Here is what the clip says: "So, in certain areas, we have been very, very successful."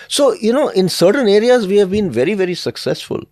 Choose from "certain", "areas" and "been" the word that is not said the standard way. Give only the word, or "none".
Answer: none